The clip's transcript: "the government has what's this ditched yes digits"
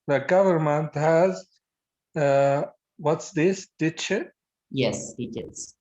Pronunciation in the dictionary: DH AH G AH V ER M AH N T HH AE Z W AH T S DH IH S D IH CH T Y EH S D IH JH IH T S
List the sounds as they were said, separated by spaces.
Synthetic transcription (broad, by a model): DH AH G AH V ER M AH N T HH AE Z W AH T S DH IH S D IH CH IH Y EH S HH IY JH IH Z